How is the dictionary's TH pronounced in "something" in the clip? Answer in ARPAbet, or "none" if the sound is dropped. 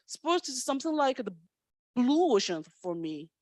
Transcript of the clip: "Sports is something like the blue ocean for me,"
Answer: TH